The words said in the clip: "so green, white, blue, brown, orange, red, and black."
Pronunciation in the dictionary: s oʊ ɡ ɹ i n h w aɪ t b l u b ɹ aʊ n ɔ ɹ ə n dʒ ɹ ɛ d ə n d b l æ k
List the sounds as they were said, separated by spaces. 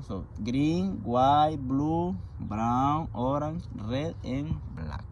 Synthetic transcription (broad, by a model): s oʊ ɡ ɹ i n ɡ w aɪ b l u b ɹ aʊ ɔ ɹ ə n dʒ ɹ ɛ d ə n b l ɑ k